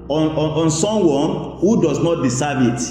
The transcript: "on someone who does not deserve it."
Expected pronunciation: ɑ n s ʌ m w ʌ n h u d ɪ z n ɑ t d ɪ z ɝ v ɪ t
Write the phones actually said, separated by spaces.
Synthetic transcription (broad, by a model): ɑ n s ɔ m w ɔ n h u d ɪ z n ɑ t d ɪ s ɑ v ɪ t